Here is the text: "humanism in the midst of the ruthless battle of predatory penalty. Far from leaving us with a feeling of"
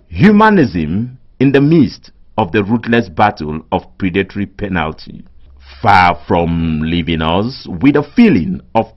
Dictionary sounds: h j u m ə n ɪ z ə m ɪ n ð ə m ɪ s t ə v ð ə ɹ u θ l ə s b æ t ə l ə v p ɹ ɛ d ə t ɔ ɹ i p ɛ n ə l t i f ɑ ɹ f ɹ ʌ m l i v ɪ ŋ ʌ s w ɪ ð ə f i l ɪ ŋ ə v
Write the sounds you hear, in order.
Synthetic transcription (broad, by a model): h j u m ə n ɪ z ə m ɪ n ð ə m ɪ s t ə v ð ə ɹ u t l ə s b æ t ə l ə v p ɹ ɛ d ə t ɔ ɹ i p ɛ n ə l t i f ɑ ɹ f ɹ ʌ m l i v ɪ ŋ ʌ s w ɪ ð ə f i l ɪ ŋ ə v